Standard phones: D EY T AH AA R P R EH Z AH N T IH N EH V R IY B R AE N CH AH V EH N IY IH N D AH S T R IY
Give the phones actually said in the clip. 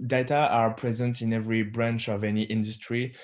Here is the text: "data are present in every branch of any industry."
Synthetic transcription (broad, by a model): D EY T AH AA R P R EH Z AH N T IH N EH V R IY B R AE N CH AH V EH N IY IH N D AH S T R IY